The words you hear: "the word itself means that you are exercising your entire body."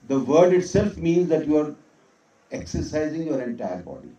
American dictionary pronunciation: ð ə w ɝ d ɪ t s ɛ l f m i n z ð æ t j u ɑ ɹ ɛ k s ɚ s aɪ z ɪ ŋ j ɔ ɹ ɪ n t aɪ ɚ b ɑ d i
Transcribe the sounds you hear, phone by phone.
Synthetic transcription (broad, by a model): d ə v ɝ d ɪ t s ɛ l f m i n z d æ t j u ɑ ɹ ɛ k s ɚ s aɪ z ɪ ŋ j ɔ ɹ ɪ n t aɪ ɚ b ɑ d i